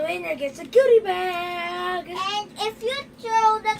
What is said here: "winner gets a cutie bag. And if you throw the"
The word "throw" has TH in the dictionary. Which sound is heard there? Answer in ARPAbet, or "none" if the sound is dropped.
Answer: T